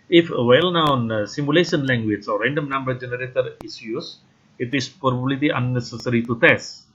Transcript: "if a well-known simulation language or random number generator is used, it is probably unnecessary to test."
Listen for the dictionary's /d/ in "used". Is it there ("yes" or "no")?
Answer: no